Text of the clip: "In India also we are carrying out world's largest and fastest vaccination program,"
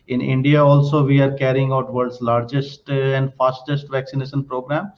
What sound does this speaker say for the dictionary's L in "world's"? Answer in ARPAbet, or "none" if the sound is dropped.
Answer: none